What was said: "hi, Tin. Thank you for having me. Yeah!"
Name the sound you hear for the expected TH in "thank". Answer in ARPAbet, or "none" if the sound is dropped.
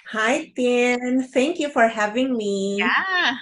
T